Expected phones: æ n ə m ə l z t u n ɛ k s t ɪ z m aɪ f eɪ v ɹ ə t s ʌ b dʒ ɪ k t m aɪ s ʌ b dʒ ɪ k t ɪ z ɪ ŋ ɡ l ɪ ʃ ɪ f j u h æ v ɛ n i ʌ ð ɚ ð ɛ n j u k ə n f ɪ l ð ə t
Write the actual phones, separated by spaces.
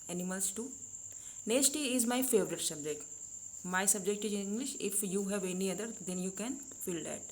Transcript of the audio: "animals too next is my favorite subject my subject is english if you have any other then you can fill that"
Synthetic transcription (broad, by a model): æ n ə m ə l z t u n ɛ s t ɪ z m aɪ f eɪ v ɹ ə t s ʌ b dʒ ɪ k t m aɪ s ʌ b dʒ ɪ k t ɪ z ɪ ŋ ɡ l ɪ ʃ ɪ f j u h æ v ɛ n i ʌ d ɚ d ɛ n j u k ə n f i l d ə t